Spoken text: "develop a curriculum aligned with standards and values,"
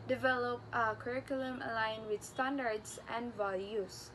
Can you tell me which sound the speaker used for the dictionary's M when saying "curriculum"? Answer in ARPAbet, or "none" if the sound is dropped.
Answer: M